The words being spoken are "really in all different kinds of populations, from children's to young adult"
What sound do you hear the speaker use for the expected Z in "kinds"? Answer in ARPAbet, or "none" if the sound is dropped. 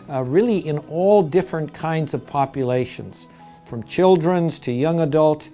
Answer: Z